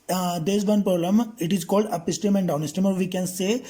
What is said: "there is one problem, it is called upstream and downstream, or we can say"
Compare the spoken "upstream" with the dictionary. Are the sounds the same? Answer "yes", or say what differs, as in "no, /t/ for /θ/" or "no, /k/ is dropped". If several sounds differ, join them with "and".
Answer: no, /ɹ/ is dropped